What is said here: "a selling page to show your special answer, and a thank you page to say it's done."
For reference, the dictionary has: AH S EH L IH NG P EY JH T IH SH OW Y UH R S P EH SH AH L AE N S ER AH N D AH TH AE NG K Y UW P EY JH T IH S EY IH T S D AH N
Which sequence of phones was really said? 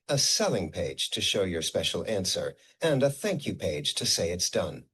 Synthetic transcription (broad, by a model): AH S EH L IH NG P EY JH T IH SH OW Y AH R S P EH SH L AE N S ER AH N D AH TH AE NG K Y UW P EY JH T IH S EY IH T S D AH N